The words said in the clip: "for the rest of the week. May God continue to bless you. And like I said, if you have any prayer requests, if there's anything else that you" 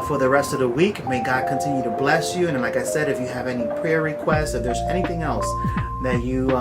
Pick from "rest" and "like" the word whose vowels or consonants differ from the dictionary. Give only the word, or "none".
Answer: none